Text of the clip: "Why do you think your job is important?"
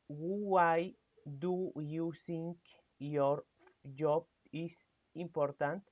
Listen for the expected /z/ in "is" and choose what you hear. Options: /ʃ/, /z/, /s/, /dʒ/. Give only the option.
/s/